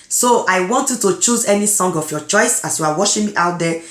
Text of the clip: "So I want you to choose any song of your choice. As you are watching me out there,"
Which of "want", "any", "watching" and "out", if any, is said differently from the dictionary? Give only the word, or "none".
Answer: watching